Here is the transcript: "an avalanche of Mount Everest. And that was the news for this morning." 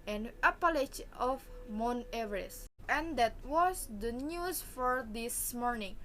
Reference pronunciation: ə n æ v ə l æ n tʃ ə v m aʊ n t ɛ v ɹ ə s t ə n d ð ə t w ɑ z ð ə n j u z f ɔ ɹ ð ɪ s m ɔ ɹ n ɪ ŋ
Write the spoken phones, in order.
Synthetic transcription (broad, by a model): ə n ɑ p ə l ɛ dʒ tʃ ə f m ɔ n ɛ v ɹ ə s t ə n d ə t w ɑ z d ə n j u s f ɔ ɹ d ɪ s m ɔ ɹ n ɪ ŋ